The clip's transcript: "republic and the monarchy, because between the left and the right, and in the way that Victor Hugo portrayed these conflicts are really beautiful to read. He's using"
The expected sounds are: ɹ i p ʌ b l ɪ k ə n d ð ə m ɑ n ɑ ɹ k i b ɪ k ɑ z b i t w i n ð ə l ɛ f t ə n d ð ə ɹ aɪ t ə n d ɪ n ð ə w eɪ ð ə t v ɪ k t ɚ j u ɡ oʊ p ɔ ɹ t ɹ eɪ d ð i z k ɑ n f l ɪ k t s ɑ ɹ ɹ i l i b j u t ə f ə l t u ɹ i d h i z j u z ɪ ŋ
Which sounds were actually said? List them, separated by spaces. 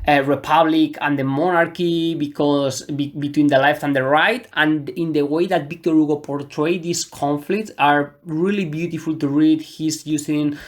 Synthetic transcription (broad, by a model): ɹ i p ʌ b l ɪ k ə n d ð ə m ɑ n ɑ ɹ k i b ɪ k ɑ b b i t w i n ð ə l ɛ f t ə n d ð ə ɹ aɪ t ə n ɪ n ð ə w eɪ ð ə t b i k t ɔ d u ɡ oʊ p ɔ ɹ t ɹ eɪ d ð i s k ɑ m f l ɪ k t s ɑ ɹ ɹ i l i b j u t ə f ə l t u ɹ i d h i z j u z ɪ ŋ